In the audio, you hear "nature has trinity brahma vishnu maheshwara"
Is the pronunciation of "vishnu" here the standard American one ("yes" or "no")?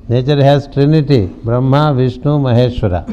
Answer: yes